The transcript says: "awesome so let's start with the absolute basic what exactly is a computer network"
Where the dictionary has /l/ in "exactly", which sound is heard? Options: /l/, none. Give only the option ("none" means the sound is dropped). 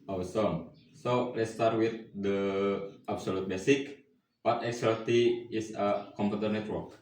none